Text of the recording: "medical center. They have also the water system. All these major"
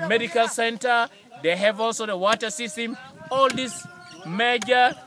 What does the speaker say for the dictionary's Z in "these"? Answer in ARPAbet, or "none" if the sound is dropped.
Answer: S